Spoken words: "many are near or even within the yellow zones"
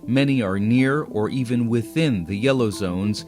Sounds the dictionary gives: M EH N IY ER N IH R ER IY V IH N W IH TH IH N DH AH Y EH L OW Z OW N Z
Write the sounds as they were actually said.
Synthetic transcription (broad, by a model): M EH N IY ER N IH R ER IY V IH N W IH TH IH N DH AH Y EH L OW Z OW N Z